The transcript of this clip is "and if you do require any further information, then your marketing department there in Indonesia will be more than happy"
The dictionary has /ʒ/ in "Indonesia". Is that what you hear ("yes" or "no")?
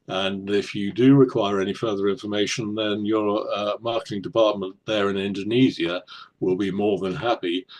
no